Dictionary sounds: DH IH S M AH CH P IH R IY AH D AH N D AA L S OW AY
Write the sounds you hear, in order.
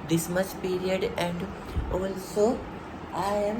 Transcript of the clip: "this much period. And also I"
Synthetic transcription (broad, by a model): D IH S M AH S P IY R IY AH D AH N D AA L S OW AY